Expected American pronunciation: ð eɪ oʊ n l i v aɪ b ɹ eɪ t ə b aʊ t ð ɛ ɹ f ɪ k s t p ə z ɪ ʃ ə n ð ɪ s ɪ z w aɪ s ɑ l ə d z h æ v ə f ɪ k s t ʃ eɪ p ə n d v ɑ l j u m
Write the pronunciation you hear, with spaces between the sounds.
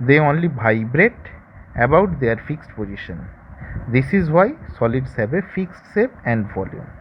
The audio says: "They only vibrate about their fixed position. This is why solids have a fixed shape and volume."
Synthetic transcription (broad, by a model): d eɪ oʊ n l i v aɪ b ɹ eɪ t ə b aʊ t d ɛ ɹ f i k s t p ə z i ʃ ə n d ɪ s ɪ z w aɪ s ɑ l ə d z h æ b ə f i k s t s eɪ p ə n d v ɑ l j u m